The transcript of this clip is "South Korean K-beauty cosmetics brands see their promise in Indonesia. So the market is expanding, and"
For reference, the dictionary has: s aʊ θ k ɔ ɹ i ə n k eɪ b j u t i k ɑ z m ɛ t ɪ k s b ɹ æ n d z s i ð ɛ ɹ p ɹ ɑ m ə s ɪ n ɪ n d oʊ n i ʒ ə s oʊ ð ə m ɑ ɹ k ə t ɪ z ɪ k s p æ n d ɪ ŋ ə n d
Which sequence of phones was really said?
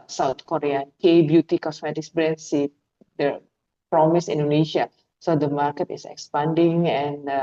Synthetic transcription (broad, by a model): s aʊ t k ɔ ɹ i ə n k eɪ b j u t i k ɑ s m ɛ t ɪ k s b ɹ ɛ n s i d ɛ p ɹ ɑ m ə s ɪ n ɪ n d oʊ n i ʃ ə s oʊ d ə m ɑ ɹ k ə t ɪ s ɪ k s p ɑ n d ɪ ŋ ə n